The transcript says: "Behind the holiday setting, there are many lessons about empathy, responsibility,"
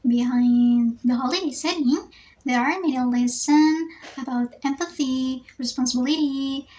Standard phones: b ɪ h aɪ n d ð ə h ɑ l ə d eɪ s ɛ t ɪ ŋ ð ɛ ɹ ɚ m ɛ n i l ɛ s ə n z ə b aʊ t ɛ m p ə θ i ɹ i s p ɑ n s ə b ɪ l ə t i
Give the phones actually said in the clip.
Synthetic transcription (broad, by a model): b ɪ h aɪ n ð ə h ɑ l ə d eɪ s ɛ t ɪ ŋ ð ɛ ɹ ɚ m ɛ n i l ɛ s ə n ə b aʊ t ɛ m p ə θ i ɹ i s p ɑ n s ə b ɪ l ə t i